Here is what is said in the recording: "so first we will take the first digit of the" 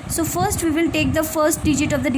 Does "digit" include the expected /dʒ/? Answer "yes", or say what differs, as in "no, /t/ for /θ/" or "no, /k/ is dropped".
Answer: yes